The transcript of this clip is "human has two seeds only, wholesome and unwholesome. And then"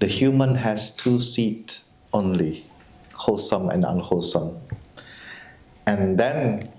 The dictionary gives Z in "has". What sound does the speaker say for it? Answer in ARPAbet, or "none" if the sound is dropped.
S